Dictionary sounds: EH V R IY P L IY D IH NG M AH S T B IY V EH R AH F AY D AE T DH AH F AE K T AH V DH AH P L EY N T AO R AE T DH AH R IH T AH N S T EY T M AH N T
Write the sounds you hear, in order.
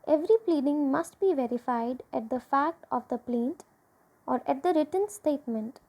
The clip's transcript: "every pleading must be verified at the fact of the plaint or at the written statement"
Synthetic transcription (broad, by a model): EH V R IY P L IY D IH NG M AH S T B IY V EH R AH F AY D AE T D AH F AE K T AH V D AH P L EY N T AO R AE T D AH R IH T AH N S T EY T M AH N T